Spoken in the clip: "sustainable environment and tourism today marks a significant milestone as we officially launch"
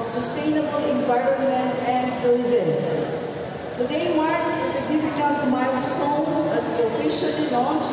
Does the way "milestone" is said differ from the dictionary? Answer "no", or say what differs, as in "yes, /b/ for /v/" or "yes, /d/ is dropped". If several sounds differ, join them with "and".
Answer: yes, /l/ is dropped